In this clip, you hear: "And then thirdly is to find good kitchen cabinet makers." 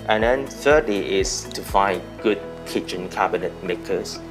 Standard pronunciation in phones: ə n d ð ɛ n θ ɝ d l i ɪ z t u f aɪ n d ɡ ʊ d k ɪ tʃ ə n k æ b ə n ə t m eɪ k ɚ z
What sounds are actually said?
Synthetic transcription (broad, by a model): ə n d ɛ n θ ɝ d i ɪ s t u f aɪ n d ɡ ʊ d k ɪ tʃ ə n k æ b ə n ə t m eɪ k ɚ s